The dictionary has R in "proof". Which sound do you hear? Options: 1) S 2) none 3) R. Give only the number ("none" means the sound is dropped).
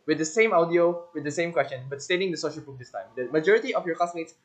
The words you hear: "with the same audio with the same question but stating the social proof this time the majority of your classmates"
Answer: 2